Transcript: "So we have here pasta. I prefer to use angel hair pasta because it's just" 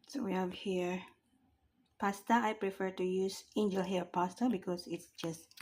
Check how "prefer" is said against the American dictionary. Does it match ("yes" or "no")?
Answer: yes